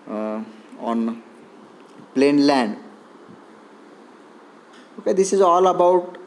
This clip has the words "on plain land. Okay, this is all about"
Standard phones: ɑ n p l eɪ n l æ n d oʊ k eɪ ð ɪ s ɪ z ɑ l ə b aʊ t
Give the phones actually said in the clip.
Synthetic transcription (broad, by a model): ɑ n p l eɪ n l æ n d oʊ k eɪ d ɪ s ɪ z ɑ l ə b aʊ t